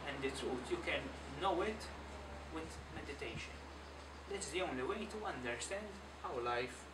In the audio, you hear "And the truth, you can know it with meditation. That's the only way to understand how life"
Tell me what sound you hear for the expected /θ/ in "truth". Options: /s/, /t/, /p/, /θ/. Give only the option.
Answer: /t/